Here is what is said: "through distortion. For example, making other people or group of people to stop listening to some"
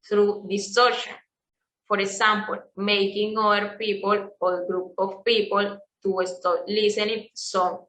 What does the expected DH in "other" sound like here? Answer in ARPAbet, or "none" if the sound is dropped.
none